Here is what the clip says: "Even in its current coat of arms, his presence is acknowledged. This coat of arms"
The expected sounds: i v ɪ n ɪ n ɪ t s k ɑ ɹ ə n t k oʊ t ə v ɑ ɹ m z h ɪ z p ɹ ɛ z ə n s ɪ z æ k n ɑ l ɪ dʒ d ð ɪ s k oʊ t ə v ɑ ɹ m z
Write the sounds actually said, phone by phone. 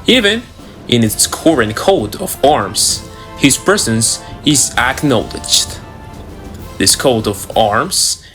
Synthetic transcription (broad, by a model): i v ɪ n ɪ n ɪ t s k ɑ ɹ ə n k oʊ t ə v ɑ ɹ m z h ɪ z p ɹ ɛ z ə n s ɪ z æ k n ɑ l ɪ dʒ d ð ɪ s k oʊ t ə v ɑ ɹ m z